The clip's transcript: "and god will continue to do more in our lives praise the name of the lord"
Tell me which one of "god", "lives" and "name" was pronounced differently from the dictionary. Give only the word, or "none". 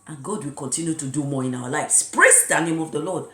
lives